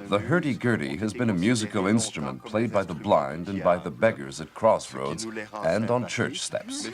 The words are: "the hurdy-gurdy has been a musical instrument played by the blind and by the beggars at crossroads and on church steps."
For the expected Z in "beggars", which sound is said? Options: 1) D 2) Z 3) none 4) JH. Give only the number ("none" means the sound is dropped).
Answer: 2